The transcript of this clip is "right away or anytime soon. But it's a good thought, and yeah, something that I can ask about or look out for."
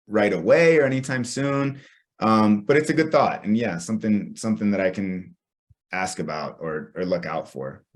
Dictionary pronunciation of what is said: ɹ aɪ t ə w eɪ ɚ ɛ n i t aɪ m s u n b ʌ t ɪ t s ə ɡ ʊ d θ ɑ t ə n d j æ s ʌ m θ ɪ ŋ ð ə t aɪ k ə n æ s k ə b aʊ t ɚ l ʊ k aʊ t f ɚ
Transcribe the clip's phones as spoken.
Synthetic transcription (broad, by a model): ɹ aɪ t ə w eɪ ɚ ɛ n i t aɪ m s u n b ʌ t ɪ t s ə ɡ ʊ d θ ɑ t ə n j æ s ʌ m θ ɪ ŋ ð ə t aɪ k ə n æ s k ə b aʊ t ɚ l ʊ k aʊ t f ɚ